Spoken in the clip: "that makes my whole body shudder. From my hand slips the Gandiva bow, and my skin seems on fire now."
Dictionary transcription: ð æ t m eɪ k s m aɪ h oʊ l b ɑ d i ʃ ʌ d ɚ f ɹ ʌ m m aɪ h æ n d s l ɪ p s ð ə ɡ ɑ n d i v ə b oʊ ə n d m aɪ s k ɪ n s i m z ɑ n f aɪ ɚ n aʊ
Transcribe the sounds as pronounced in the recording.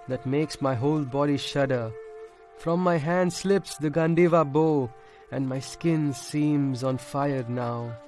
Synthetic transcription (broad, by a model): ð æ t m eɪ k s m aɪ h oʊ l b ɑ d i ʃ ʌ d ɚ f ɹ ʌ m m aɪ h æ n d s l ɪ p s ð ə ɡ ɑ n d i v ə b oʊ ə n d m aɪ s k ɪ n s i m z ɑ n f aɪ ɚ n aʊ